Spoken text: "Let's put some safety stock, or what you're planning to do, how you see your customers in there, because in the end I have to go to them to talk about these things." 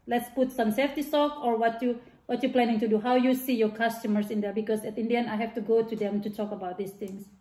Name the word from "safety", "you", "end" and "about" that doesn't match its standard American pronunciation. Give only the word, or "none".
end